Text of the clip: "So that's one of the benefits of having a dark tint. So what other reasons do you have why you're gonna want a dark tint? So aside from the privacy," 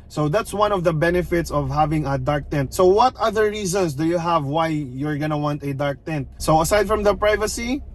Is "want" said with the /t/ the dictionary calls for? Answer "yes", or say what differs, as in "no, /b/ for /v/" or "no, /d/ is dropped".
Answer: yes